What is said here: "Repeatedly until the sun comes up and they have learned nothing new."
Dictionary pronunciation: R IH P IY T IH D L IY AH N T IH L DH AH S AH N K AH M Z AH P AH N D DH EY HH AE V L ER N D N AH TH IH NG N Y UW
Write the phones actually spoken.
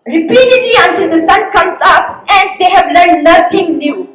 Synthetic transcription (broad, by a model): R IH P IY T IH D L IY AH N T IH L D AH S AH N K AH M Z AH P AH N D EY HH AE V L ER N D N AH T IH NG N Y UW